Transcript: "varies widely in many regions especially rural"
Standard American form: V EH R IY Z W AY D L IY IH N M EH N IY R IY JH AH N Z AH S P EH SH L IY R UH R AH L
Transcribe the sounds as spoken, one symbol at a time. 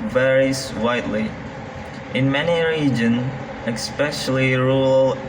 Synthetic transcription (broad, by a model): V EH R IY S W AY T L IY IH N M EH N IY R IY JH AH N Z AH S P EH SH L IY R R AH L